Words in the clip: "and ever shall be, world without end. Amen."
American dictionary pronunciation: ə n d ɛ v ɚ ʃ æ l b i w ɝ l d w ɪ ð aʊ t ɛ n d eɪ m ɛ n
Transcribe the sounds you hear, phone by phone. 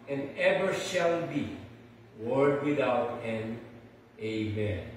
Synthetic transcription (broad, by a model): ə n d ɛ v ɚ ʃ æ l b i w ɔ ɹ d w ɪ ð aʊ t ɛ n eɪ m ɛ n